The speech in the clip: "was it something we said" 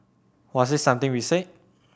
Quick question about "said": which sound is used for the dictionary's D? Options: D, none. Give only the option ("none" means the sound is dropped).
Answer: none